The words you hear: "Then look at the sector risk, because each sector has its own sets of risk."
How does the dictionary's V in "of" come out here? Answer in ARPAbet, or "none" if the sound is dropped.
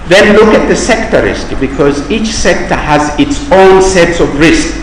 V